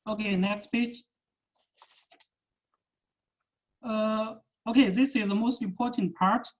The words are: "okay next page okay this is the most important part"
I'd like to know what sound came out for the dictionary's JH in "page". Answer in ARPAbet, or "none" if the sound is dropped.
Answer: CH